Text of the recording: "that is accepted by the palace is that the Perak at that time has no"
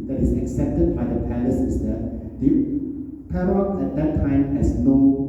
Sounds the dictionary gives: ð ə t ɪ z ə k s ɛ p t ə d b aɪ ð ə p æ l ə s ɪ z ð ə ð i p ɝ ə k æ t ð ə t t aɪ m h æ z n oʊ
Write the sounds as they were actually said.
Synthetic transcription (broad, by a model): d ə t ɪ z ə k s ɛ p t ə d b aɪ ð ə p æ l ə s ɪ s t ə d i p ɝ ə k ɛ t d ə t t aɪ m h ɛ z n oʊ